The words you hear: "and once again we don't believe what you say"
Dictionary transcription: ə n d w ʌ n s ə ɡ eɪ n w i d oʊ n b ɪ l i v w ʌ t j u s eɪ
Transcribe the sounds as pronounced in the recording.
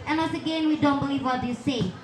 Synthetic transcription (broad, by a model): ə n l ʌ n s ə ɡ eɪ n w i d oʊ n b ɪ l i v w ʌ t j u s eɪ